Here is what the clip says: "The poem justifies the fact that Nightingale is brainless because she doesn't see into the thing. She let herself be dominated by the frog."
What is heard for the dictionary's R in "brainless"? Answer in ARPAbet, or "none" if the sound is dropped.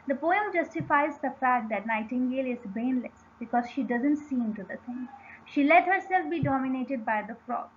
none